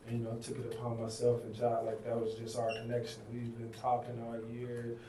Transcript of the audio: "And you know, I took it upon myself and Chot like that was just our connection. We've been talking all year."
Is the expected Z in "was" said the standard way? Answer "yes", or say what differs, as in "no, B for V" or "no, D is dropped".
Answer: yes